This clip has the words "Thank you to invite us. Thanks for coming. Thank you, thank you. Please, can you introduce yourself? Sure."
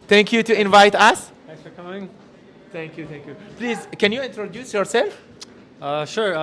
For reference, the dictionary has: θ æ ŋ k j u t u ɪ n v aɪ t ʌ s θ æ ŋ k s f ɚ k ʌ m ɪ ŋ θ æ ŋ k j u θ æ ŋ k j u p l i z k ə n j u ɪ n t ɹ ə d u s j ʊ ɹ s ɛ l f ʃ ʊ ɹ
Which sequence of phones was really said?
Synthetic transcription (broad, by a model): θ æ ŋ k j u t u ɪ n v aɪ t ʌ s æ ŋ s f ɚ k ʌ m ɪ ŋ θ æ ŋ k j u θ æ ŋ k j u p l i z k ə n j u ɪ n t ɹ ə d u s j ʊ ɹ s ɛ l f ʃ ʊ ɹ